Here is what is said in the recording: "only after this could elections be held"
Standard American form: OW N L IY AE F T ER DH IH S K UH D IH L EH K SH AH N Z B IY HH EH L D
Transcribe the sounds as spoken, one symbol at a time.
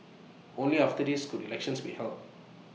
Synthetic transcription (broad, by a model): OW N L IY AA F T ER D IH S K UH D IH L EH K SH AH N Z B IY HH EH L